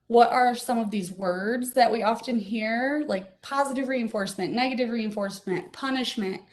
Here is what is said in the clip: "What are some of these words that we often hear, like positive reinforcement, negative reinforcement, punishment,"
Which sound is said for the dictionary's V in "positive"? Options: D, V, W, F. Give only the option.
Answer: V